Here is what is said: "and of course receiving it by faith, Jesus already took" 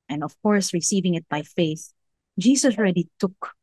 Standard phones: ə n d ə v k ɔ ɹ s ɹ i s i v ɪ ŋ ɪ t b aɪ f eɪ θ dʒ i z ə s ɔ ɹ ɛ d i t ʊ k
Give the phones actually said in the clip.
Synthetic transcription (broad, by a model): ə n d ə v k ɔ ɹ s ɹ i s i v ɪ ŋ ɪ t b aɪ f eɪ θ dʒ i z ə s ɹ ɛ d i t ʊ k